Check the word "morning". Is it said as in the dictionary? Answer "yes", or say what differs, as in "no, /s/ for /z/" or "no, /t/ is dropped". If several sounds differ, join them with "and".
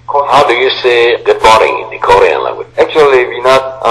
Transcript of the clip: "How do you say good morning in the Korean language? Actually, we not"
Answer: no, /n/ is dropped